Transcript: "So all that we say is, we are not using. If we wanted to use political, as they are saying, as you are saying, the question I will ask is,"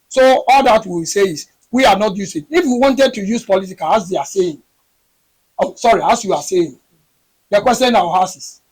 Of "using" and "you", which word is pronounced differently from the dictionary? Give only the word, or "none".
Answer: using